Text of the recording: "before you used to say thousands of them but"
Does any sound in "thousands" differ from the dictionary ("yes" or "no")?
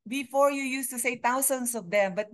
yes